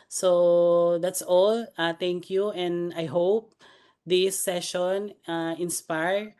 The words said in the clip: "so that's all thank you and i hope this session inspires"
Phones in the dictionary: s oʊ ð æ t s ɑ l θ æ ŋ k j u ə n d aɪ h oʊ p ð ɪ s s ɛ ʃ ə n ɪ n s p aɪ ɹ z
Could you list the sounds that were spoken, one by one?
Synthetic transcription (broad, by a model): s oʊ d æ t s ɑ l t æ ŋ k j u ə n d aɪ h oʊ p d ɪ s s ɛ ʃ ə n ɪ n s p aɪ ɹ